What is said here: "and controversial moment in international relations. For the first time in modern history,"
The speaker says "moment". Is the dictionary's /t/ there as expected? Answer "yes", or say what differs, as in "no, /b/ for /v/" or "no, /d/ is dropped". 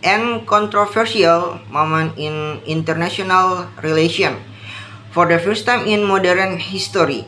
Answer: no, /t/ is dropped